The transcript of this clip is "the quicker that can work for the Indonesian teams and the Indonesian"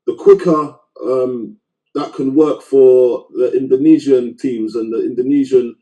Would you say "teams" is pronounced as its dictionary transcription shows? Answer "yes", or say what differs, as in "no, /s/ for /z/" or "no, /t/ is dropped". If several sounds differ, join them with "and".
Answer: yes